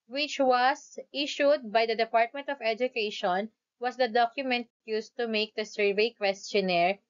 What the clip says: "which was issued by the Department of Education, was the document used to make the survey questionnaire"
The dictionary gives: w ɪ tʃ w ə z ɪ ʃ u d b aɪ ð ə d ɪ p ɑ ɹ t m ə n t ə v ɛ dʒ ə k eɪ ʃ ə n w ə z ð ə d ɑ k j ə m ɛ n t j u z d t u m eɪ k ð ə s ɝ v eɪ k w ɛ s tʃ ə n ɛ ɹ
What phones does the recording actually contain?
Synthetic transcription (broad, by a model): w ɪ tʃ w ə s ɪ ʃ u d b aɪ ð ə d ɪ p ɑ ɹ t m ə n t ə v ɛ dʒ ə k eɪ ʃ ə n w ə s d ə d ɑ k j ə m ɛ n t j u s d t u m eɪ k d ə s ɝ v eɪ k w ɛ s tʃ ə n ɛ ɹ